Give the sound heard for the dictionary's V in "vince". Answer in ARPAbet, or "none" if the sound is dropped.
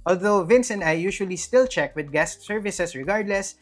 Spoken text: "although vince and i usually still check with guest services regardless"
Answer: V